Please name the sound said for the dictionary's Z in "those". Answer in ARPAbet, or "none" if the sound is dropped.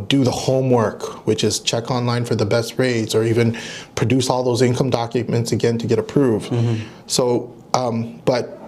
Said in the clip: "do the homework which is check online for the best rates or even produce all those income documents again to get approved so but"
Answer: Z